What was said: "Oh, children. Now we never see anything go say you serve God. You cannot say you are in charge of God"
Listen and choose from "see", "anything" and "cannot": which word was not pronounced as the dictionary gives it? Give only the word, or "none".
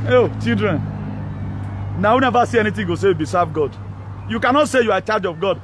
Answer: anything